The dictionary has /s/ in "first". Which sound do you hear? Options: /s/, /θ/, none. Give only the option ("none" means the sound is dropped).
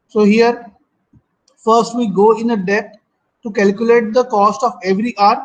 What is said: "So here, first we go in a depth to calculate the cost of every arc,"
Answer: /s/